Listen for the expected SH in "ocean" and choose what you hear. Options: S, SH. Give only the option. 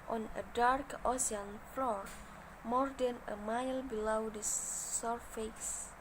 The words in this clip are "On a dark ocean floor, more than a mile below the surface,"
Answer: S